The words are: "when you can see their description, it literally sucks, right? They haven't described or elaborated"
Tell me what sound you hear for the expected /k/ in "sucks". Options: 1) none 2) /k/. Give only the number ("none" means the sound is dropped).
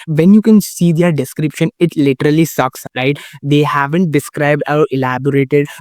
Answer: 2